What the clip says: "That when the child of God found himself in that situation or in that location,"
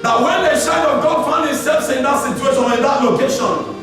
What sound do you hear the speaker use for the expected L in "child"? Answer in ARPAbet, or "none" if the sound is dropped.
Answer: none